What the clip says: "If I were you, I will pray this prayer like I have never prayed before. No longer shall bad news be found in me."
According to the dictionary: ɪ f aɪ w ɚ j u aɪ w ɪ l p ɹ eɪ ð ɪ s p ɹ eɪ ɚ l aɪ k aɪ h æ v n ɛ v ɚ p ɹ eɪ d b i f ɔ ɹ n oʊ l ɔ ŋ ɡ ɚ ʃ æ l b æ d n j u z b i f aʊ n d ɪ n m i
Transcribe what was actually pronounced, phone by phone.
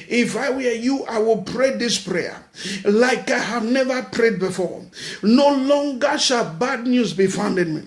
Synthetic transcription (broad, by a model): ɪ f aɪ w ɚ j u aɪ w ɪ l p ɹ eɪ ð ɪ s p ɹ eɪ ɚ l aɪ k aɪ h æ v n ɛ v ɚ p ɹ eɪ d b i f ɔ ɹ n oʊ l ɔ ŋ ɡ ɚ ʃ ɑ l b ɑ d n j u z b i f aʊ n d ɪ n m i